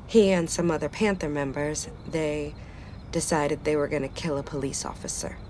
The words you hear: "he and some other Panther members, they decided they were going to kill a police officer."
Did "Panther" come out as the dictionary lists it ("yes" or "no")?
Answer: yes